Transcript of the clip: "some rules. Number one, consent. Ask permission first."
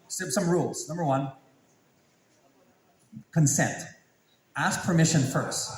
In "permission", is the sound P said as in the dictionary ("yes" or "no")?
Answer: yes